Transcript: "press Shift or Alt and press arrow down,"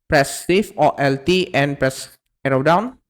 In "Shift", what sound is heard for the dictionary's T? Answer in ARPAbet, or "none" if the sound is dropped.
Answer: none